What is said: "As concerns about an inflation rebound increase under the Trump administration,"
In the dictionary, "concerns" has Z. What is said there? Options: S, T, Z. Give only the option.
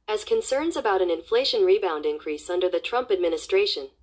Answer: Z